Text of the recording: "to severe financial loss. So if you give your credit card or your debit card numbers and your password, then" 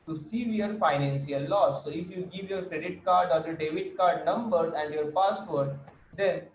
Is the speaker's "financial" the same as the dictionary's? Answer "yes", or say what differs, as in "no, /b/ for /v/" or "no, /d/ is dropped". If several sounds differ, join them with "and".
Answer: no, /s/ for /ʃ/